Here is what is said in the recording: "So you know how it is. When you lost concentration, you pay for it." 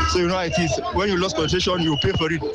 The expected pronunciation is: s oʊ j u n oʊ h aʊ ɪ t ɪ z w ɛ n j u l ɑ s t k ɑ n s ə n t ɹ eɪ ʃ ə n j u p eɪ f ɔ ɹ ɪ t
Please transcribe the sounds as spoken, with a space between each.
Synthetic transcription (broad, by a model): s oʊ j u n oʊ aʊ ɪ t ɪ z w ɛ n j u l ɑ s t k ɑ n ə t eɪ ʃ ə n j u p eɪ f ɔ ɹ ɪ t